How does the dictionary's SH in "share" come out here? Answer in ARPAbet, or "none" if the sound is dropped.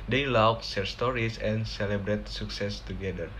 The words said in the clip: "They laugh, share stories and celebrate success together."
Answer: S